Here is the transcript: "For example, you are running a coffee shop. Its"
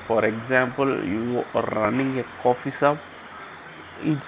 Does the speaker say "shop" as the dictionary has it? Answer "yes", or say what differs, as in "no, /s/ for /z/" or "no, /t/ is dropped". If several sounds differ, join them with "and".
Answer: no, /s/ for /ʃ/